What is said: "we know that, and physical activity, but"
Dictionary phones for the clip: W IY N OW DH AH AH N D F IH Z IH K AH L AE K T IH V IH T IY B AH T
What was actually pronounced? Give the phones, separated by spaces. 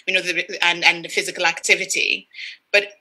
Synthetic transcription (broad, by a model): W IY N OW DH AH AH N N F IH Z IH K AH L AE K T IH V IH T IY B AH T